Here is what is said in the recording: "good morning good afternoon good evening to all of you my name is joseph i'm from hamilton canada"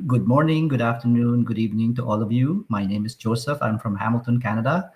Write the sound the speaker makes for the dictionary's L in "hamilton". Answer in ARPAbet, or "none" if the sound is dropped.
L